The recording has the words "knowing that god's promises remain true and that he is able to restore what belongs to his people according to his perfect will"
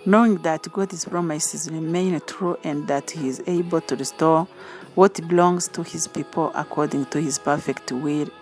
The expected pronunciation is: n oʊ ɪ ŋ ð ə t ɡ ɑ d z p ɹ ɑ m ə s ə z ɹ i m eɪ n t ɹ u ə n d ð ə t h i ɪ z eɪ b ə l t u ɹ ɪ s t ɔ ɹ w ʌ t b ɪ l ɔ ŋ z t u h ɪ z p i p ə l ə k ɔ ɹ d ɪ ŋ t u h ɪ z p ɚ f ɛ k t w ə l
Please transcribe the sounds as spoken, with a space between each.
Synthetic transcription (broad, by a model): n oʊ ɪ ŋ ð ə t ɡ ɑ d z p ɹ ɑ m ə s ə z ɹ i m eɪ n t ɹ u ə n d ð ə t h i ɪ z eɪ b ə l t u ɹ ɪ s t ɔ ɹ w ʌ t b ɪ l ɔ ŋ z t u h ɪ z p i p ə l ə k ɔ ɹ d ɪ ŋ t u h ɪ z p ɚ f ɛ k t w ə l